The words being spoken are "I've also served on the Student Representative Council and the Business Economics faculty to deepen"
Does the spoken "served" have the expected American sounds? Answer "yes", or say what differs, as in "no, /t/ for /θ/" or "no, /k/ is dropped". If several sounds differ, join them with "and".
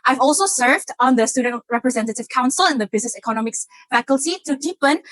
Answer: yes